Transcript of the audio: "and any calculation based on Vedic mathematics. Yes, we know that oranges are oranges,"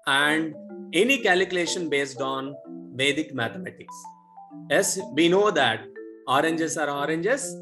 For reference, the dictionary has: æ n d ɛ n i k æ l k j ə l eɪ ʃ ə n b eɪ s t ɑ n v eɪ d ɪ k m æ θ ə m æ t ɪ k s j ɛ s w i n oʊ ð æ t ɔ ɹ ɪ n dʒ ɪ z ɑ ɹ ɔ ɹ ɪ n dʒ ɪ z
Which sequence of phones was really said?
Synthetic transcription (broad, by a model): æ n d ɛ n i k æ l k j ə l eɪ ʃ ə n b eɪ s t ɑ n v eɪ d ɪ k m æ t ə m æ t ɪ k s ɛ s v i n oʊ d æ t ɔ ɹ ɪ n dʒ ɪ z ɑ ɹ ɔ ɹ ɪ n dʒ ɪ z